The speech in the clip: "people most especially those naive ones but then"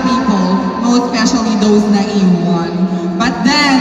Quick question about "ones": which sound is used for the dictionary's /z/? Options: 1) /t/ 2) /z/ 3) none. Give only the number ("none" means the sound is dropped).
3